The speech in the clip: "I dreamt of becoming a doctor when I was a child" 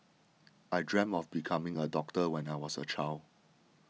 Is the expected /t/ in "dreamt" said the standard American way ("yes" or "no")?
no